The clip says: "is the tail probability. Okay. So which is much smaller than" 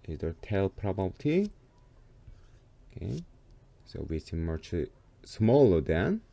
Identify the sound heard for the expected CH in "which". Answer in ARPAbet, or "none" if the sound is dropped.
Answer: S